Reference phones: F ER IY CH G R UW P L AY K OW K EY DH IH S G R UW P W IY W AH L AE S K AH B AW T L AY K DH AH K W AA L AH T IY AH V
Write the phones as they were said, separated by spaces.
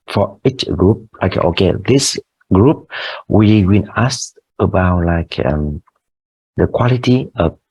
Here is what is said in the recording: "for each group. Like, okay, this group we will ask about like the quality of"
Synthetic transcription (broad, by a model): F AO IY CH G R UW P L AY K OW K EY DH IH S G R UW P W IY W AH N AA S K AH B AW T L AY K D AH K W AA L AH T IY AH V